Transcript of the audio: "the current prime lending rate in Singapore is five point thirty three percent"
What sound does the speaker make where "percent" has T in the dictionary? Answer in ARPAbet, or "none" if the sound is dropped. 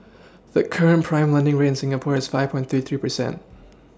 T